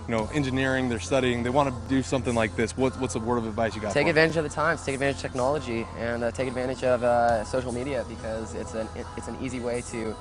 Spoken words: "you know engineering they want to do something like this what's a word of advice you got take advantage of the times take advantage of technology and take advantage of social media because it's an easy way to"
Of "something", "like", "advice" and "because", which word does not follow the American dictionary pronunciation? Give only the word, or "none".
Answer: none